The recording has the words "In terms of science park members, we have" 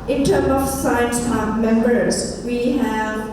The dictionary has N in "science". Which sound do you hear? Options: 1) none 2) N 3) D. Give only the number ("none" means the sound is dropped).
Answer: 2